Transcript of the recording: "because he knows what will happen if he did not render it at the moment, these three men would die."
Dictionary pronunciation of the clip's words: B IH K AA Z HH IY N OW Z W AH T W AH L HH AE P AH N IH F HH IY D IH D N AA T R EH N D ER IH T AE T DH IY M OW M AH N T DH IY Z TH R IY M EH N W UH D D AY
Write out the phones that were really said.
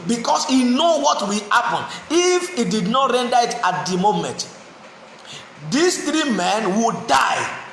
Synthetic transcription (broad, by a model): B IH K AA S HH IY N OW W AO T W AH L HH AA P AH N IH F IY D IH D N AA T R EH N D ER IH T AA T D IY M OW M AH N T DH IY S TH R IY M EH N W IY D D AY